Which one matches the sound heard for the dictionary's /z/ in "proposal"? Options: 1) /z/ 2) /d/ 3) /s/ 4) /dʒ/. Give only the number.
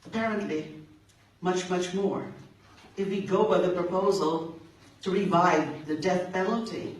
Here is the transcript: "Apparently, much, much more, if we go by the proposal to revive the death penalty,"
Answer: 1